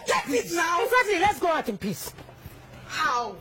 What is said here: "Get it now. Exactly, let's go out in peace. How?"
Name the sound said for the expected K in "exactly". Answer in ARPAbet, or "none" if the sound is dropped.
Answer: none